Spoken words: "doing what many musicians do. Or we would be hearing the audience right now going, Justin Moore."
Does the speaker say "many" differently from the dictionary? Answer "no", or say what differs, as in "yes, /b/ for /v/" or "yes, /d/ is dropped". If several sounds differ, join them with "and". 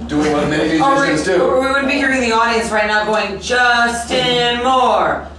yes, /n/ is dropped